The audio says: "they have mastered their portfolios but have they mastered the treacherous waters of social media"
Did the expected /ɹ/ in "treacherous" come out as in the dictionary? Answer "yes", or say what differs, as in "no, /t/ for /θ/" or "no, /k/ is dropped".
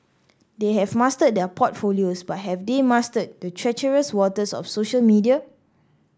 yes